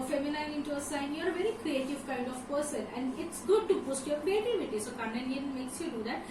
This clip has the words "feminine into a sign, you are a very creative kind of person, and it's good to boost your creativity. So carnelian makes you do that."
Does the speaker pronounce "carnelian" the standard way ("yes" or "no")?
no